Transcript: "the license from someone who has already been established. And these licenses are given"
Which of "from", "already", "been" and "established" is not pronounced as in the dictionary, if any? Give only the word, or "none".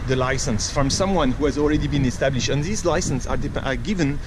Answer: none